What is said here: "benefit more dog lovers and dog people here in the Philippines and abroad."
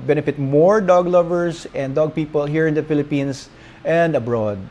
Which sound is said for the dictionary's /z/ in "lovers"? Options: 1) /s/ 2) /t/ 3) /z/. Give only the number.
1